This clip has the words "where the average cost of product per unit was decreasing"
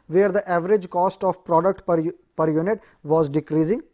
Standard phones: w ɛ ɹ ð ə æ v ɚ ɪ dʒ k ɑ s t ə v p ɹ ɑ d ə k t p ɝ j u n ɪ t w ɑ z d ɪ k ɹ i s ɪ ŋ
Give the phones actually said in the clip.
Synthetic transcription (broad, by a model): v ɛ ɹ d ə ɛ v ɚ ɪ dʒ k ɑ s t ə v p ɹ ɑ d ə k t p ɝ j u n ɪ t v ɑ z d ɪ k ɹ i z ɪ ŋ